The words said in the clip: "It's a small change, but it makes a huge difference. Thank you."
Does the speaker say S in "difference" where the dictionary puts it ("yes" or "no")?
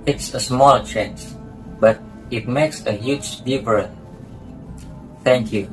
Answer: no